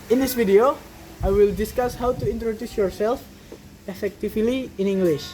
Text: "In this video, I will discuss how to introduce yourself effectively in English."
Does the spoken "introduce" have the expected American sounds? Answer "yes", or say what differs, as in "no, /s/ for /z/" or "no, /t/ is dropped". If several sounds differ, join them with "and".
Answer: yes